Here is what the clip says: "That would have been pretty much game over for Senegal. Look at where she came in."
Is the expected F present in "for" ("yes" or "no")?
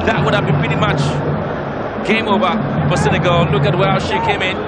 no